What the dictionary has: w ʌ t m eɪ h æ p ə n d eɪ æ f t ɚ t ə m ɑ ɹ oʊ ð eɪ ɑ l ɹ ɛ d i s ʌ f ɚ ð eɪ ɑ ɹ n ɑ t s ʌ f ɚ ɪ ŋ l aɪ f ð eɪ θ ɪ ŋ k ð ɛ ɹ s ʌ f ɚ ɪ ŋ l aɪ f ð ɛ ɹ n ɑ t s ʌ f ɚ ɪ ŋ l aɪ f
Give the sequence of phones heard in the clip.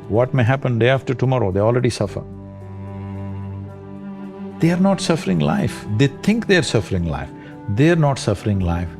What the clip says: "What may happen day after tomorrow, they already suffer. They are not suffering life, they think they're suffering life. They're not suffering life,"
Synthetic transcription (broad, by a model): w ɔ t m eɪ h æ p ə n d eɪ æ f t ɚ t ə m ɑ ɹ oʊ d eɪ ɑ l ɹ ɛ d i s ʌ f ɚ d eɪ ɑ ɹ n ɑ t s ʌ f ɚ ɪ ŋ l aɪ f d eɪ t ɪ ŋ k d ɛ ɹ s ʌ f ɚ ɪ ŋ l aɪ f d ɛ ɹ n ɑ t s ʌ f ɚ ɪ ŋ l aɪ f